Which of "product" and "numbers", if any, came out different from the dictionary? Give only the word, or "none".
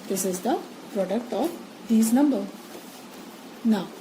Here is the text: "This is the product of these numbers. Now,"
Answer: numbers